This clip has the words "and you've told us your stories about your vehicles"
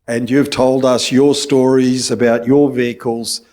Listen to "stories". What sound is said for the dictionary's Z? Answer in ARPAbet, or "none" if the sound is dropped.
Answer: Z